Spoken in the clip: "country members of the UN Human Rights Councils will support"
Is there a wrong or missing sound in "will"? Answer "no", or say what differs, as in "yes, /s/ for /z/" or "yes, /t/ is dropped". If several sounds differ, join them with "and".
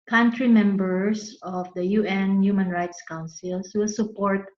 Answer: no